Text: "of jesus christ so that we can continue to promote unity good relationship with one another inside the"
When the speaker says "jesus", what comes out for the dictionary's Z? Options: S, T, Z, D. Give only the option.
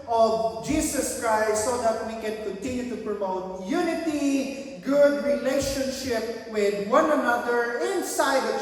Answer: S